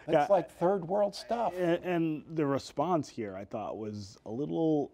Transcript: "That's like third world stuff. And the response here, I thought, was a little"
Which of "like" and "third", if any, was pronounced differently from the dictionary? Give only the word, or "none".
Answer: none